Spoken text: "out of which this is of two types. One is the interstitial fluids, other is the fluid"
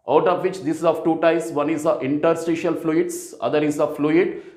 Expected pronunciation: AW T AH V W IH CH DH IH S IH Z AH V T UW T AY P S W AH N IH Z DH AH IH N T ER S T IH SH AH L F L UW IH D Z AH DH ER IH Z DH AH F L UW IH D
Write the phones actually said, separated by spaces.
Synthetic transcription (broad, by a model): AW T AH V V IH CH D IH S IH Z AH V T UW T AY S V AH N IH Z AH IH N T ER S T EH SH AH L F L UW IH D S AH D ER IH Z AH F L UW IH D